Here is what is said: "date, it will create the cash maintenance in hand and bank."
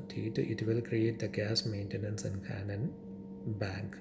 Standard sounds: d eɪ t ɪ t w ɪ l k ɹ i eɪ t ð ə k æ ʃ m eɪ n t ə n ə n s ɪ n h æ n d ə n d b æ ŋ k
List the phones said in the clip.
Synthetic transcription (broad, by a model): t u t ɪ t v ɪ l k ɹ i eɪ t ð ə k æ s m eɪ n t ə n ə n s ɪ n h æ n ə n b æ ŋ k